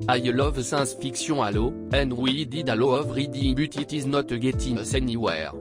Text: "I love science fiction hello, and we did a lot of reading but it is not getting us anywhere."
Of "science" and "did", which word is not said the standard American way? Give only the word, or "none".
science